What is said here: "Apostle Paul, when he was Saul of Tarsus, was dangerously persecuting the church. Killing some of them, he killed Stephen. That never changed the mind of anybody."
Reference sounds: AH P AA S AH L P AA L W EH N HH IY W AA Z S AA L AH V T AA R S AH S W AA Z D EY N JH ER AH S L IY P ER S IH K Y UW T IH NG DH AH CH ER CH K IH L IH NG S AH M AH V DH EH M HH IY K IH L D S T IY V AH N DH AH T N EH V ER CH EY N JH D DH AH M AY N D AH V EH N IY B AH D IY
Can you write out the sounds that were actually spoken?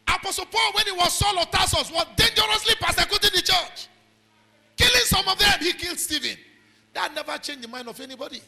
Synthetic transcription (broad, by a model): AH P AA S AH L P AA L W EH N HH IY W AA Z S AA L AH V T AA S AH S W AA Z D EY N JH ER AH S L IY P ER S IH K Y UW T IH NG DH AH CH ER CH K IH L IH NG S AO M AH V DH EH M HH IY K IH L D S T IY V AH N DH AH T N EH V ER CH EY N JH D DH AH M AY N D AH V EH N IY B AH D IY